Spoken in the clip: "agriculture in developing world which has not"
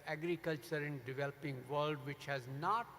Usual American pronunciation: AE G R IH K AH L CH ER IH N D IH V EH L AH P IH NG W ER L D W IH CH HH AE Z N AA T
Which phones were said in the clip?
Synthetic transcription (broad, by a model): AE G R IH K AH L CH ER IH N D IH V EH L AH P IH NG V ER L D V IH CH HH AE Z N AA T